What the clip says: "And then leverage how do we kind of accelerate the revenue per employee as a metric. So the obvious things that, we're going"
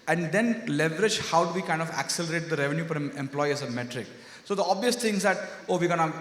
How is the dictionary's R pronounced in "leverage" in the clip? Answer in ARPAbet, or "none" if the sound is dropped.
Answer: R